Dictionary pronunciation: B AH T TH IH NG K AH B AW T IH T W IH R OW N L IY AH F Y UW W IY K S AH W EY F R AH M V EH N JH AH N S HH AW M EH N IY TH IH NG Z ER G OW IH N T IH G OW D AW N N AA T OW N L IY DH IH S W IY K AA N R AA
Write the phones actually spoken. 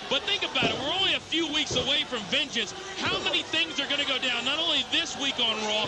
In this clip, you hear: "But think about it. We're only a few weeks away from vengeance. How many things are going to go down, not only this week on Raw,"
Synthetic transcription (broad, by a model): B AH T TH IH NG K AH B AW T IH T W IH R OW N L IY AH F Y UW W IY K S AH W EY F R AH M V EH N JH AH N S HH AW M EH N IY TH IH NG Z ER G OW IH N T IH G OW D AW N N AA T OW N L IY DH IH S W IY K N R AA